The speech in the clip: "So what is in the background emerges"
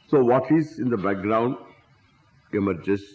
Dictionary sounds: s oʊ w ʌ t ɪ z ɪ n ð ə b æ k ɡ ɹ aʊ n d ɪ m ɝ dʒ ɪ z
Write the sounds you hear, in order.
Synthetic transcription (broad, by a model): s oʊ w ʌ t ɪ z ɪ n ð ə b æ k ɡ ɹ aʊ n d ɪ m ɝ dʒ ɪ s